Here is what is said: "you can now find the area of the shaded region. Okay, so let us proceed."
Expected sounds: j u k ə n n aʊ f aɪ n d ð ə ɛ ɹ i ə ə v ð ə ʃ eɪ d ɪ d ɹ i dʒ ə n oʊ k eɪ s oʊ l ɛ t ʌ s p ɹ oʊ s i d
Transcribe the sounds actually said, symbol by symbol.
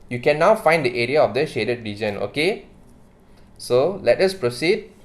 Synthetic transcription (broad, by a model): j u k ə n n aʊ f aɪ n d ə ɛ ɹ i ə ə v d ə ʃ eɪ d ɪ d ɹ i dʒ ə n oʊ k eɪ s oʊ l ɛ t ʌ s p ɹ oʊ s i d